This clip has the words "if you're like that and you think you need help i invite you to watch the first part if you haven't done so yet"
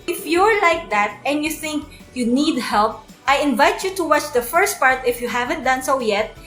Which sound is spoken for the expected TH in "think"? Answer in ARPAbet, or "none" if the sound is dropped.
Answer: TH